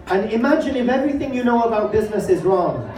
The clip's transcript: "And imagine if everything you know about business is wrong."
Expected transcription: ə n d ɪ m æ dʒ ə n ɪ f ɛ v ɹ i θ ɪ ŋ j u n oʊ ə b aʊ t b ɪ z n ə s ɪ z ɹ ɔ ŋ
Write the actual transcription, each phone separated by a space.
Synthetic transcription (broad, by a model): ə n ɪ m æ dʒ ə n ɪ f ɛ v ɹ i θ ɪ ŋ j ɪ n oʊ ə b aʊ t b ɪ z n ə s ɪ z ɹ ɔ ŋ